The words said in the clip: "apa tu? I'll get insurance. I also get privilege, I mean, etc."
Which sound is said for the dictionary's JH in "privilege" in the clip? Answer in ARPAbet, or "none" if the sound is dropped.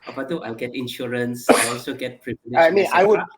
none